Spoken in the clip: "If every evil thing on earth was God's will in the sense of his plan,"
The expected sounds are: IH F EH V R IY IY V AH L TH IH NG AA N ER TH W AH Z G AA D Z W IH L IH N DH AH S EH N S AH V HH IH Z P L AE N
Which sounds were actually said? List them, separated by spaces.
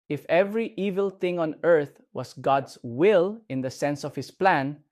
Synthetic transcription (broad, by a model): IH F EH V R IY IY V AH L TH IH NG AA N ER TH W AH S G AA D S W IH L IH N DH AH S EH N S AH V HH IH S P L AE N